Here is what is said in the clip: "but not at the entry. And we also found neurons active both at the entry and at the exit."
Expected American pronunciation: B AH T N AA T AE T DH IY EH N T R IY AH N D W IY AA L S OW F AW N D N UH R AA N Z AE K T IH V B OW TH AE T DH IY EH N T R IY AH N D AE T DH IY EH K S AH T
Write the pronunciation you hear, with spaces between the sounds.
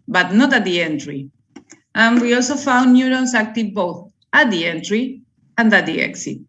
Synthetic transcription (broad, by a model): B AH T N AA T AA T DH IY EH N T R IY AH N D W IY AA L S OW F AW N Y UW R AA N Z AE K T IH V B OW TH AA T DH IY EH N T R IY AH N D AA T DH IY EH K S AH T